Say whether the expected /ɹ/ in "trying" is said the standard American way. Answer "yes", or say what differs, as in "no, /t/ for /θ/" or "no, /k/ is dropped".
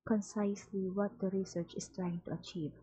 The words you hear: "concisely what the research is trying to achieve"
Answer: yes